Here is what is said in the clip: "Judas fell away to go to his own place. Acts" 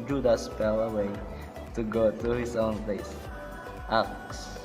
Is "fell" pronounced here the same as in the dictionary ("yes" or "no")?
no